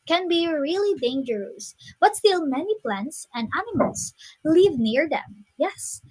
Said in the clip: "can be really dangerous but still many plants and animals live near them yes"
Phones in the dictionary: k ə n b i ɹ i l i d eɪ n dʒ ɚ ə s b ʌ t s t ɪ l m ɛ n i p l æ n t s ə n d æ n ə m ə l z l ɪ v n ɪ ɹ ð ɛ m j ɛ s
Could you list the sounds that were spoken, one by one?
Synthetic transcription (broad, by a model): k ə n b i ɹ i l i d eɪ n dʒ ɚ ə s b ʌ t s t ɪ l m ɛ n i p l æ n t s ə n d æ n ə m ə l s l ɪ v n ɪ ɹ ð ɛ m j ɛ s